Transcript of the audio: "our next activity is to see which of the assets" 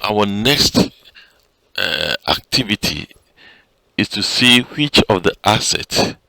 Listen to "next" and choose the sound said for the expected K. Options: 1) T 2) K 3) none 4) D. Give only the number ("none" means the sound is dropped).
2